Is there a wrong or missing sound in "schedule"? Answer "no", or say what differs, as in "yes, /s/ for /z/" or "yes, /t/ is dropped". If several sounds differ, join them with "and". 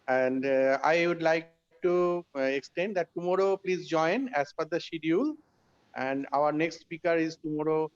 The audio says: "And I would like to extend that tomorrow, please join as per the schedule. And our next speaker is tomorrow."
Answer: yes, /dʒ/ is dropped